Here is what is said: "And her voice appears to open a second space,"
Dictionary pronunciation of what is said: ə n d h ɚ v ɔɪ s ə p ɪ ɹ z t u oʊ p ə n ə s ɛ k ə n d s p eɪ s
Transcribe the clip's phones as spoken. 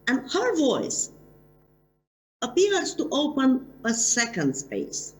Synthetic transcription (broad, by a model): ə n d h ɚ v ɔɪ s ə p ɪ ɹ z t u oʊ p ə n ə s ɛ k ə n d s p eɪ s